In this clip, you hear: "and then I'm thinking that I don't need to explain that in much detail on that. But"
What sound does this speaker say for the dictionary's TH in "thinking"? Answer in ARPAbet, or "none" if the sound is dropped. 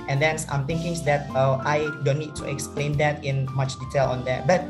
T